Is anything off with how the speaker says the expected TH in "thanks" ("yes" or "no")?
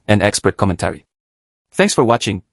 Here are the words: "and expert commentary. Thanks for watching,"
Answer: no